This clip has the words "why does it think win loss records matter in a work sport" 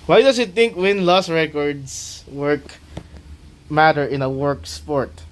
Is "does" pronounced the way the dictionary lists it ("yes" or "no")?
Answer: no